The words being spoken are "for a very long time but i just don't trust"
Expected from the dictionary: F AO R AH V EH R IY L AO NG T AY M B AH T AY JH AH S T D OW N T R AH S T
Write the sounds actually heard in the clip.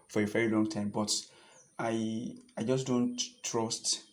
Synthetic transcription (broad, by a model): F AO R AH V EH R IY L AO NG T AY M B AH T AY JH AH S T D OW N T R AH S T